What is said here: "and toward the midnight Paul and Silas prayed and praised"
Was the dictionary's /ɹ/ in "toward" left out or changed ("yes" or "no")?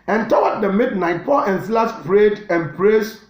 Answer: yes